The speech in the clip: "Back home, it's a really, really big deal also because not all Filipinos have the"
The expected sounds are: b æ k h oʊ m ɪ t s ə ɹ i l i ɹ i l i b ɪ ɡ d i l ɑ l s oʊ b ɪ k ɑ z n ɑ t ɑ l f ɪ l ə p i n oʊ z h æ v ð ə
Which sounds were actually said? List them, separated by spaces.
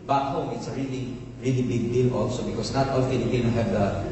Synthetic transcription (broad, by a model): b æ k h oʊ m ɪ t s ə ɹ i l i ɹ i l i b ɪ ɡ d i l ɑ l s oʊ b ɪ k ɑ s n ɑ t ɑ l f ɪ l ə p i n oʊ h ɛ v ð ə